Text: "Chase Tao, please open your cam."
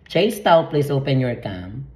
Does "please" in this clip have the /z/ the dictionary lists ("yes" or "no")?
no